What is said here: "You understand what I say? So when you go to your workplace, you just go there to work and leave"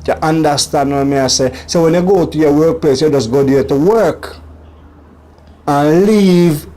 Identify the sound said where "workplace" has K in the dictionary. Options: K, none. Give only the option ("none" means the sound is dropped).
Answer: K